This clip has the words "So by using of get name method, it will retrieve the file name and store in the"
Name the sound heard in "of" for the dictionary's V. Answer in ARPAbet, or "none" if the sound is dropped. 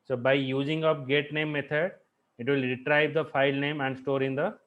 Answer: P